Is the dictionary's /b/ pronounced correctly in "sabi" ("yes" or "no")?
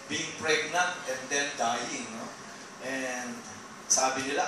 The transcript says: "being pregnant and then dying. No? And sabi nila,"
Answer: yes